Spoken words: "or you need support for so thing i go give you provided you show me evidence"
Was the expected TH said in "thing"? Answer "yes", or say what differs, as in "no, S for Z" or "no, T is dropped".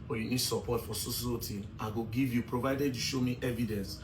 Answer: no, S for TH